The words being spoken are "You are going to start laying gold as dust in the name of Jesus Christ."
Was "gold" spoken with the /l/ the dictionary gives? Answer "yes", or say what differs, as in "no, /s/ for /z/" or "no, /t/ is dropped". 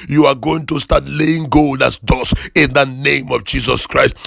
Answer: yes